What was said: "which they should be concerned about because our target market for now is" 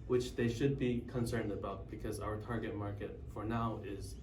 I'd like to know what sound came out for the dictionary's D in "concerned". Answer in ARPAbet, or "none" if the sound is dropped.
D